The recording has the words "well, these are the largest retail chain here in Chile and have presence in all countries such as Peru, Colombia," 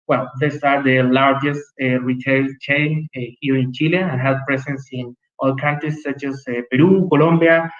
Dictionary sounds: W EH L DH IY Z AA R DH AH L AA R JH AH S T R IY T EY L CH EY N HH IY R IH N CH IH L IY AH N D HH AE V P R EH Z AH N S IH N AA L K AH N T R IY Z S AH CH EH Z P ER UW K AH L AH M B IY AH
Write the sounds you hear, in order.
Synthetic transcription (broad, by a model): W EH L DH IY S AA R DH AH L AA R JH AH S T R IY T EY L CH EY N HH IY R IH N CH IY L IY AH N HH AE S P R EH S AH N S IH N AA L K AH N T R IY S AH CH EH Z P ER UW K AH L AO M B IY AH